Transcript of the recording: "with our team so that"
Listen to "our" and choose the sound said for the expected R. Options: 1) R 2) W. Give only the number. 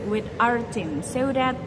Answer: 1